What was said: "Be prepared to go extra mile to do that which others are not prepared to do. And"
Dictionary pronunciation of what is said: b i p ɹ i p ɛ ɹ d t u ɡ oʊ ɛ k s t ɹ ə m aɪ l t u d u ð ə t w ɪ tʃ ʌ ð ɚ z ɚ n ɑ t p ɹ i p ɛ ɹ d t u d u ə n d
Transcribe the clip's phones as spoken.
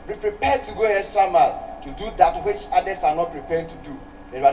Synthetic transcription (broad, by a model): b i p ɹ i p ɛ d t u ɡ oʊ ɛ s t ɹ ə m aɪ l t u d u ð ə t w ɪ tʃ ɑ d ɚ s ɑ n ɑ t p ɹ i p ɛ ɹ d t u d u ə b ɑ